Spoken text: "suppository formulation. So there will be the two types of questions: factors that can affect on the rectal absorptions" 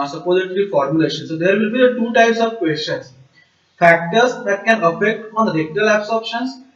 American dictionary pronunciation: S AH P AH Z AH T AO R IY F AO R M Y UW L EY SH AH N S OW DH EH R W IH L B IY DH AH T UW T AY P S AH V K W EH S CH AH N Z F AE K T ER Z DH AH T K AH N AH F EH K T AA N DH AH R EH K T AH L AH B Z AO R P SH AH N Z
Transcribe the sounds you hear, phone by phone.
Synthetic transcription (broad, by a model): S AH P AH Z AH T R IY F AO R M Y UW L EY SH AH N S OW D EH R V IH L B IY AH T UW T AY P S AH V K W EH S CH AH N S F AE K T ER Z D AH T K AH N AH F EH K T AA N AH R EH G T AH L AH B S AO R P SH AH N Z